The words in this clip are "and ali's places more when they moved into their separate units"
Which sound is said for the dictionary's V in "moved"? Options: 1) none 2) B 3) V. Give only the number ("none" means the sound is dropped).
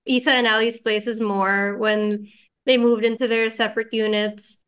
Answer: 3